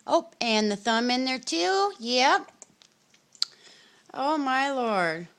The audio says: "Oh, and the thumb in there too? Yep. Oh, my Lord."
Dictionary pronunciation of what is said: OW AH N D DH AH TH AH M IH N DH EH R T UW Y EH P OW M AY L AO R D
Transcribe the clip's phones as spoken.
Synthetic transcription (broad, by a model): OW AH N DH AH TH AH M IH N DH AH R T UW Y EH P OW M AY L AO R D